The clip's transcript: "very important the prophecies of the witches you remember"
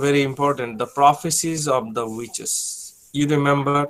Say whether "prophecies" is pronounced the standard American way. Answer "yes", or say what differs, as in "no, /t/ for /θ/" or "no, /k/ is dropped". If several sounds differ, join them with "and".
yes